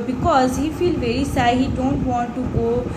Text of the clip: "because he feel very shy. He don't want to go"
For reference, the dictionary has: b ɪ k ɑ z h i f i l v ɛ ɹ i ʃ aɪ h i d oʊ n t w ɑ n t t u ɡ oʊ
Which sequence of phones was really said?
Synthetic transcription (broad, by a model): b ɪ k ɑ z h i f i l v ɛ ɹ i s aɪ h i d oʊ n t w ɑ n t t u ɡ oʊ